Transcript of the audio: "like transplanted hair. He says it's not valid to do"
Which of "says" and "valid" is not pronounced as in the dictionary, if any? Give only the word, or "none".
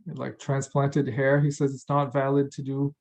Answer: none